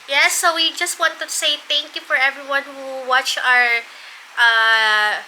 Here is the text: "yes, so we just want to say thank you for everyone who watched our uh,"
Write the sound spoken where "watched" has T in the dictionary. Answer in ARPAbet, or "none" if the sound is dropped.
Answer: none